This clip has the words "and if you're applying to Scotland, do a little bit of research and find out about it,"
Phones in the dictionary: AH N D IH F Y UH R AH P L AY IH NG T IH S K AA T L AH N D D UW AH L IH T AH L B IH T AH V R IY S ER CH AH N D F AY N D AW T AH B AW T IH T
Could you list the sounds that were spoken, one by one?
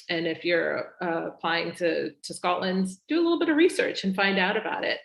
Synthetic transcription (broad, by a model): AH N IH F Y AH R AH P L AY IH NG T IH S K AA T L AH N D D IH AH L IH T L B IH T AH V R IY S ER CH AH N F AY N D AW T AH B AW T IH T